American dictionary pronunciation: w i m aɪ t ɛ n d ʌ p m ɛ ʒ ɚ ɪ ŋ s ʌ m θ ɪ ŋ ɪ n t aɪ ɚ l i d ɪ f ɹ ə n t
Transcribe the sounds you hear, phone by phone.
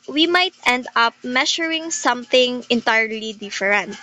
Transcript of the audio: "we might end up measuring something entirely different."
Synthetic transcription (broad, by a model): w i m aɪ t ɛ n d ʌ p m ɛ ʃ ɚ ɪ ŋ s ʌ m θ ɪ ŋ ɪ n t aɪ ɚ l i d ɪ f ɹ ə n t